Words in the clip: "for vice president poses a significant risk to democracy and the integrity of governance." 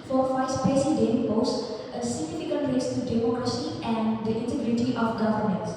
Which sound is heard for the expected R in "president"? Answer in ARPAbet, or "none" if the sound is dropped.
none